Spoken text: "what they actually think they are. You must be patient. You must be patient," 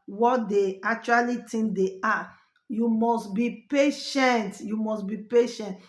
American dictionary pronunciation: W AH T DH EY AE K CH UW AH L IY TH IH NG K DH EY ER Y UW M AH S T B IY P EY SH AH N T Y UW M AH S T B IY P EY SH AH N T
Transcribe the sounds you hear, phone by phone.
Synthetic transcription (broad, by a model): W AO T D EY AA K CH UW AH L IY T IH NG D EY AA Y UW M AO S T B IY P EY SH AH N T Y UW M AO S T B IY P EY SH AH N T